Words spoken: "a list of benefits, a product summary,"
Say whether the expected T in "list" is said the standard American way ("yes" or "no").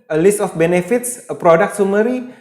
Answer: yes